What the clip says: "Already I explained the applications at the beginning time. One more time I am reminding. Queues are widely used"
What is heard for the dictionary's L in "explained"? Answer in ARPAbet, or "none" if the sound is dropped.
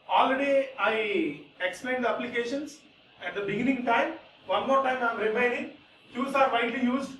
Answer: L